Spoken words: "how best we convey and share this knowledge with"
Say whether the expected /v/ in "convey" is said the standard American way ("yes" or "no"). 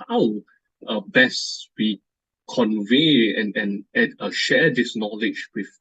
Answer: yes